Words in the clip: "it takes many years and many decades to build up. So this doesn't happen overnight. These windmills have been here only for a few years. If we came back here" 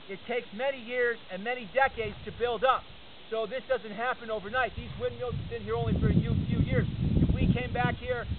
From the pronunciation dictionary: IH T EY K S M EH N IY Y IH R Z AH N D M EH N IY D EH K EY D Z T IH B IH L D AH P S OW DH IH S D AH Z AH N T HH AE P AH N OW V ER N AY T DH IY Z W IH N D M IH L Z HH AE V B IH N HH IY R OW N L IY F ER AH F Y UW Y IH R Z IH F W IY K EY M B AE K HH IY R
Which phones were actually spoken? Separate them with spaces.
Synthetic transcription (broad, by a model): IH T EY K S M EH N IY Y IH R Z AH N M EH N IY D EH K EY D Z T IH B IH L D AH P S OW DH IH S D AH Z AH N T HH AE P AH N OW V ER N AY T DH IY Z W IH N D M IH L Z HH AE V B IH N HH IY R OW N L IY F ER AH F Y UW Y IH R Z IH F W IY K EY M B AE K HH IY R